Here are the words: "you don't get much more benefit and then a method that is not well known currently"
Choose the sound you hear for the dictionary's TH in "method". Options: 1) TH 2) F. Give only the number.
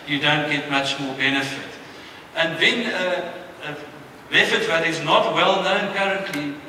2